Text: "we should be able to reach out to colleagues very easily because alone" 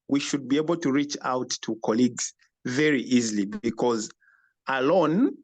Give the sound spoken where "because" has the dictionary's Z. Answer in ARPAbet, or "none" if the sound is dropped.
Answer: Z